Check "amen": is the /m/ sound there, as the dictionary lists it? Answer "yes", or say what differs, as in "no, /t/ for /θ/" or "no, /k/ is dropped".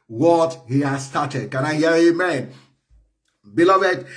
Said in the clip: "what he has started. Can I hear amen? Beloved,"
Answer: yes